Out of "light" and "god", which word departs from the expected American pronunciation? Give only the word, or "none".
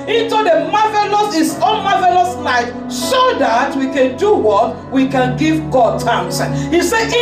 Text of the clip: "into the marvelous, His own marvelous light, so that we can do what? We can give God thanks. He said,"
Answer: light